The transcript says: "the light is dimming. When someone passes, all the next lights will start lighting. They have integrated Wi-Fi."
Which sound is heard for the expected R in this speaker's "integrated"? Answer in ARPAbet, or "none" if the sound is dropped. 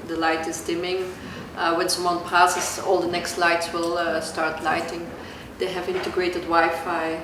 R